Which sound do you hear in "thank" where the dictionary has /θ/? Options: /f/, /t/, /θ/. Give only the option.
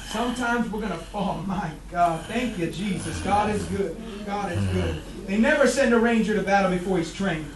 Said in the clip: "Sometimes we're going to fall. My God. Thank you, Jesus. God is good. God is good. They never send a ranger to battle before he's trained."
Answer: /θ/